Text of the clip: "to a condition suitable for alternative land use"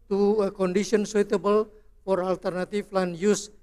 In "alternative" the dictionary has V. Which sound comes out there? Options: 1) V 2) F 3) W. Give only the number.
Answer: 2